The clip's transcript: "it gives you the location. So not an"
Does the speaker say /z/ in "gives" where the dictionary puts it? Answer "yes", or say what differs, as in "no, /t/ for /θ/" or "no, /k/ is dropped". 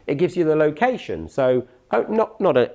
yes